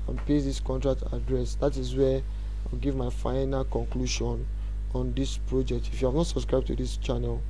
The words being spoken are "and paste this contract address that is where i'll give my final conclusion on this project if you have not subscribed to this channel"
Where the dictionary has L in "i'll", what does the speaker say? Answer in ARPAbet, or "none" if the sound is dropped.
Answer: W